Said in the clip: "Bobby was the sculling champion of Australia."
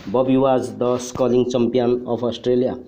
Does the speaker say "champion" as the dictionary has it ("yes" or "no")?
no